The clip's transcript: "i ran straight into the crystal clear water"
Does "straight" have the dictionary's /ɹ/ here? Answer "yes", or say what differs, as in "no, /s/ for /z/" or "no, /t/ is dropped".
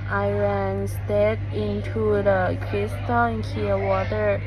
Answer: no, /ɹ/ is dropped